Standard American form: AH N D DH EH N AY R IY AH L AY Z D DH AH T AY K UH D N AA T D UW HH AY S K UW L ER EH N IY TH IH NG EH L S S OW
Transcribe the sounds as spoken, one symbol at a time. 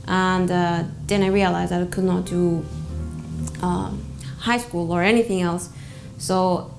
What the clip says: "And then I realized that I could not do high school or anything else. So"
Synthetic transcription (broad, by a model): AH N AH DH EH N AY R IY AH L AY Z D DH AH T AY K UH D N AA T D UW HH AY S K UW L ER EH N IY TH IH NG EH L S S OW